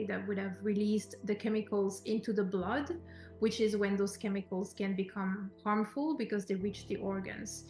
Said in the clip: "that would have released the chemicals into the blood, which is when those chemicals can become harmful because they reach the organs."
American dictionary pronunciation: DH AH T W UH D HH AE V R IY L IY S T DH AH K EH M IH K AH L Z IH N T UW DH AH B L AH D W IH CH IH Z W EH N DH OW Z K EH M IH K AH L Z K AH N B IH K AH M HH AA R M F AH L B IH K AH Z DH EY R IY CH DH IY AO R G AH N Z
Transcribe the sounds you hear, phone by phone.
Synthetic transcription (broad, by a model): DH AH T W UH D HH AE V R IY L IY S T DH AH K EH M IH K AH L Z IH N T UW DH AH B L AH D W IH CH IH Z W EH N DH OW Z K EH M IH K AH L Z K AH N B IH K AH M HH AA R M F AH L B IH K AH Z DH EY R IY CH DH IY AO R G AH N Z